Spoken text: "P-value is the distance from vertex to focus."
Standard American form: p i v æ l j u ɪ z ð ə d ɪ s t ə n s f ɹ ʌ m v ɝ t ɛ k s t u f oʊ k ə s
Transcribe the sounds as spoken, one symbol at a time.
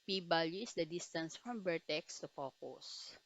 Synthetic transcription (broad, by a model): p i b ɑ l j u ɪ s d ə d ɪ s t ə n s f ɹ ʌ m b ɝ t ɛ k s t u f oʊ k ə s